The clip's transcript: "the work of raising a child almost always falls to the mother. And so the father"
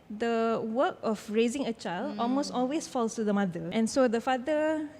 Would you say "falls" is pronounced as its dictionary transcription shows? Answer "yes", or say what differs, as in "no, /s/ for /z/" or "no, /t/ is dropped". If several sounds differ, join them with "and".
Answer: no, /s/ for /z/